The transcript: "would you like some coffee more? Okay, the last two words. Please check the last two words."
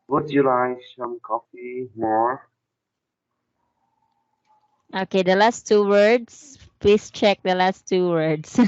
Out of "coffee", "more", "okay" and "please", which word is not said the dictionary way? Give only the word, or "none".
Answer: please